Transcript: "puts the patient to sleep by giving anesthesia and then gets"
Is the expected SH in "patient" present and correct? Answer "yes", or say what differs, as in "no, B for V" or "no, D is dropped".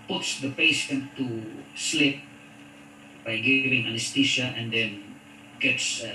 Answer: no, S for SH